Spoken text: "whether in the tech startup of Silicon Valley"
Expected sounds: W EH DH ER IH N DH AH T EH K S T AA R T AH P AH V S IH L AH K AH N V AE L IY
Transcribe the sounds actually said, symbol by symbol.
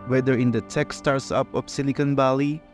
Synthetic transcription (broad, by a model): W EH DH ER IH N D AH T EH K S T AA R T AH P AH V S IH N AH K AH N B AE L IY